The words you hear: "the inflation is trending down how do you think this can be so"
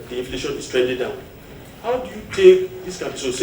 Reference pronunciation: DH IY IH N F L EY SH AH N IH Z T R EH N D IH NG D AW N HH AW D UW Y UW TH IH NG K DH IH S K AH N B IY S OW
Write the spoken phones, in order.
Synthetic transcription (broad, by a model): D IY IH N F L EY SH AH N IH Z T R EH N D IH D D AW N HH AW D UW Y UW T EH K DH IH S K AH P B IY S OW